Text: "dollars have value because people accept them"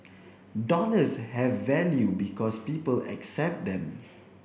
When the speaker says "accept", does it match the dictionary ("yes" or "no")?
yes